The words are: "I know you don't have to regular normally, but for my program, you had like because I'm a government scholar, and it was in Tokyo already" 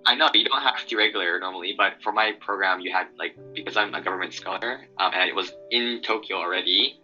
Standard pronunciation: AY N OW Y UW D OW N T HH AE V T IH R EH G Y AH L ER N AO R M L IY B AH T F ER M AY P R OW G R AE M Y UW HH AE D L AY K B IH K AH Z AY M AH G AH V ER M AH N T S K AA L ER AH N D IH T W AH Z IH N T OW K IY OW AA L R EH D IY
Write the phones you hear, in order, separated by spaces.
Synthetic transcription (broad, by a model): AY N OW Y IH D OW N T HH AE F T IH R EH G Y L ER N AO R M L IY B AH T F ER M AY P R OW G R AE M Y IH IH D L AY K B IH K AH Z AY M AH G AH V ER M AH N T S K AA L ER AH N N IH T W AH Z IH N T OW K IY OW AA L R EH D IY